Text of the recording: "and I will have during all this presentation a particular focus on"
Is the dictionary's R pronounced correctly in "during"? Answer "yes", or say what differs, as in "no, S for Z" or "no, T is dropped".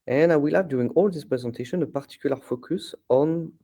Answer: no, R is dropped